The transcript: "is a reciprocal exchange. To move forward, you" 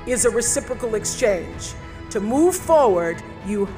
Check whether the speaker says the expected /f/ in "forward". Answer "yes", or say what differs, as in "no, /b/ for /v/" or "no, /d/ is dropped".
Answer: yes